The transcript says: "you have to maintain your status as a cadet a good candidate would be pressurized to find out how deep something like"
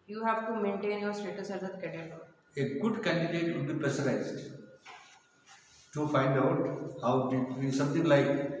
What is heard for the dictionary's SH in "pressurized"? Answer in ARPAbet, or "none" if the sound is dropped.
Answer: S